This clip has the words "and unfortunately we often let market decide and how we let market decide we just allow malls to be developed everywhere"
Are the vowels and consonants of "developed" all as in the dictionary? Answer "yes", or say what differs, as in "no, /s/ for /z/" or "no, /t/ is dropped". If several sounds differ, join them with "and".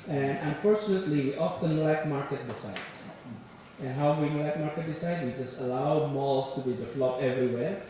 no, /t/ is dropped